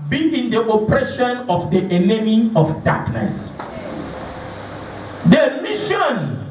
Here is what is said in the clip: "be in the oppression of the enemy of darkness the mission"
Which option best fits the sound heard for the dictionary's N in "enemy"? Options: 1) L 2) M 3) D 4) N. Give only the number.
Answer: 1